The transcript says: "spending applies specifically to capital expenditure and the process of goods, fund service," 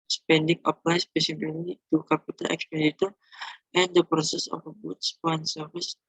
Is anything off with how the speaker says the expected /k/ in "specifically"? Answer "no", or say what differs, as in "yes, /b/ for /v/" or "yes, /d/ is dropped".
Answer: yes, /k/ is dropped